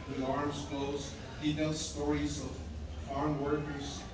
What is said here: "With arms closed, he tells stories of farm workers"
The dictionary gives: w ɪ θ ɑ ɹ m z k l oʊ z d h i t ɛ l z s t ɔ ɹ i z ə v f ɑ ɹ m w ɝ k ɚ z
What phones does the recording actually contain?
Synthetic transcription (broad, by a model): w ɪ ɑ ɹ m z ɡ oʊ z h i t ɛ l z s t ɔ ɹ i z ə v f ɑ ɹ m w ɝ k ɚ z